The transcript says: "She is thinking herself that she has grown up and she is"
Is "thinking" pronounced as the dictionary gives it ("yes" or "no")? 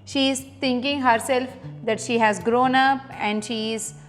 no